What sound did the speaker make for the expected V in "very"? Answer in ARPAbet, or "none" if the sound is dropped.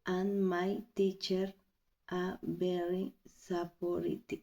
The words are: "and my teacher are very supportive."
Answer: B